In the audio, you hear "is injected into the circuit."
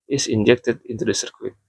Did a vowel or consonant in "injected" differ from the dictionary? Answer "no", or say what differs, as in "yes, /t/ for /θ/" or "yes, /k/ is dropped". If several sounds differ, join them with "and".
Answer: no